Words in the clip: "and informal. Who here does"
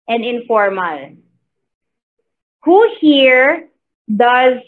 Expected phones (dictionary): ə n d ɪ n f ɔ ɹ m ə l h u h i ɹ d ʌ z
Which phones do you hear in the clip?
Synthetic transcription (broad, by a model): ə n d ɪ n f ɔ ɹ m ə l h u h i ɹ d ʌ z